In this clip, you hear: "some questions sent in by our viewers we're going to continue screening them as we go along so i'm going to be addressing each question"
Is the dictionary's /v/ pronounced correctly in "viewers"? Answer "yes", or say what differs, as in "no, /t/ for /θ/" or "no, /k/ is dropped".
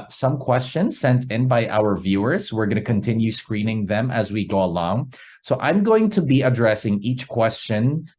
yes